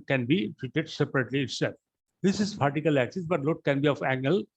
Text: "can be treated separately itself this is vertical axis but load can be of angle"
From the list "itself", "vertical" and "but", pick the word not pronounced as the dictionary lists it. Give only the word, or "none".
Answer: vertical